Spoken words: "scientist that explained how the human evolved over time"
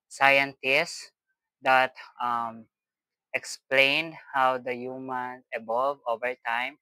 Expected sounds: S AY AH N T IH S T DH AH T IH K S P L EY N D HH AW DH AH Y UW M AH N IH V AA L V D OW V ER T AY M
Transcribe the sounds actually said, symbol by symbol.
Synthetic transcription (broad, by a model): S AY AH N T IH S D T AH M IH K S P L EY N D HH AW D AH Y UW M AH N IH B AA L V OW V ER T AY M